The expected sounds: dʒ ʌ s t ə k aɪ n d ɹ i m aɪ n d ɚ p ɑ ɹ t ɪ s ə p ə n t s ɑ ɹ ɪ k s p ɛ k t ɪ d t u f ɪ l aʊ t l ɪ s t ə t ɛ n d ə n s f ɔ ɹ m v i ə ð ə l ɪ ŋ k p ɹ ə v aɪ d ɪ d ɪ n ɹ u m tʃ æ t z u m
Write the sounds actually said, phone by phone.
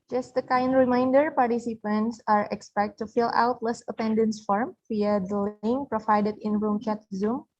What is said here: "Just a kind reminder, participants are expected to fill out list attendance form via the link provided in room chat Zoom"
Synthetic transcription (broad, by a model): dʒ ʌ s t ə k aɪ n d ɹ i m aɪ n d ɚ p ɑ ɹ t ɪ s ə p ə n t s ɑ ɹ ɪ k s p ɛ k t t u f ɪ l aʊ t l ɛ s ə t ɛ n d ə n s f ɔ ɹ m f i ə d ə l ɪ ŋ p ɹ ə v aɪ d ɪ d ɪ n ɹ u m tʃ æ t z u m